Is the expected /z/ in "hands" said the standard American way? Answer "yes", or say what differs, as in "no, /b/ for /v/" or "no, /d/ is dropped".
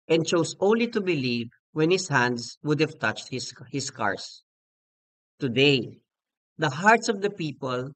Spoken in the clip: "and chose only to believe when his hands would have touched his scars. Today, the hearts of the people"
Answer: no, /s/ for /z/